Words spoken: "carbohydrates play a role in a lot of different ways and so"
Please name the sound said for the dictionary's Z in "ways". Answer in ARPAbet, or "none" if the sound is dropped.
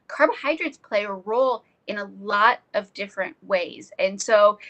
Z